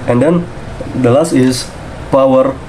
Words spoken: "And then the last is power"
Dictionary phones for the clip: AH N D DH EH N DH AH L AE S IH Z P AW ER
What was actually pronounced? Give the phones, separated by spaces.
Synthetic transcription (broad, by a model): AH N D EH N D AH L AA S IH S P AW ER